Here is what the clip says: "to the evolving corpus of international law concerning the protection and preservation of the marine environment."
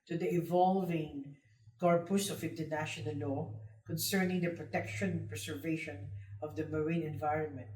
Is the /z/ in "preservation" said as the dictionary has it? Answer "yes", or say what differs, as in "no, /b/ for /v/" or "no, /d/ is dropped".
no, /s/ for /z/